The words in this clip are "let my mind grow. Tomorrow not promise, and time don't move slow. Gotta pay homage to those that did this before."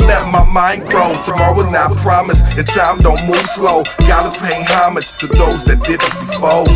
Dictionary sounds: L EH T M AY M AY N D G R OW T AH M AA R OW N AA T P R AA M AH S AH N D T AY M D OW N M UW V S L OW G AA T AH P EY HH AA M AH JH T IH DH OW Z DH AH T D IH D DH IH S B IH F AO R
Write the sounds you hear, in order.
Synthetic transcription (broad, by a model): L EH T M AY M AY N G R OW T AH M AA R OW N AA P R AA M AH S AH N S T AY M D OW N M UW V S L OW G AA T AH P EY HH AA M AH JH T IH DH OW Z DH AH T D IH D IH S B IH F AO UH